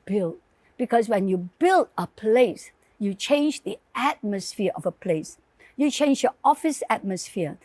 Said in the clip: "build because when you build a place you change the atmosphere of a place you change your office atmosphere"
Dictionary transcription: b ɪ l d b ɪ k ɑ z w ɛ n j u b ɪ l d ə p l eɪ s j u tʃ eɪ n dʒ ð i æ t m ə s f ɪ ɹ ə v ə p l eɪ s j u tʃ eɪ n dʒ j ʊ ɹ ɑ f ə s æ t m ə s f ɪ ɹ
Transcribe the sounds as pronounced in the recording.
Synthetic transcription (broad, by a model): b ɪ l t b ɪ k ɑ s w ɛ n j u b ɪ l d ə p l eɪ s j u tʃ eɪ n dʒ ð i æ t m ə s f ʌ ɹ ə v ə p l eɪ s j u tʃ eɪ n dʒ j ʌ ɑ f ə s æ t m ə s f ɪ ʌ